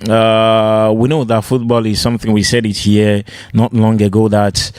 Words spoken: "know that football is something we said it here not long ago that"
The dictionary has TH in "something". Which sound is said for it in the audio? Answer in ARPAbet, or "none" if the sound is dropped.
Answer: TH